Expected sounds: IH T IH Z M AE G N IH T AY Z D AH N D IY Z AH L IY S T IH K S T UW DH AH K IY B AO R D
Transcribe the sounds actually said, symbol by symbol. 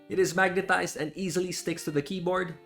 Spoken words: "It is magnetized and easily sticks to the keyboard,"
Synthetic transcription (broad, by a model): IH T IH Z M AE G N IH T AY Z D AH N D IY Z AH L IY S T IH K S T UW DH AH K IY B AO R D